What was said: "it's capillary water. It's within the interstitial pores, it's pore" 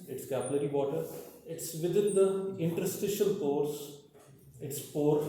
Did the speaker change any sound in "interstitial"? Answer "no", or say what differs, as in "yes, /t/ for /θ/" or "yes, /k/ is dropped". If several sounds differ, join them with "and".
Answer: no